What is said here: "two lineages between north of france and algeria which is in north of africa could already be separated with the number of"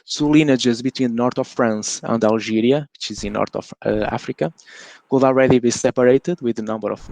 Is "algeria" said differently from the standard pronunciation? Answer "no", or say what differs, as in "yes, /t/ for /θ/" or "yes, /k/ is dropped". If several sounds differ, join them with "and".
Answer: yes, /ʒ/ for /dʒ/